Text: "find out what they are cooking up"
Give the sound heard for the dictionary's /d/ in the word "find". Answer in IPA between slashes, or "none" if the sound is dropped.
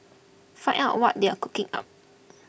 none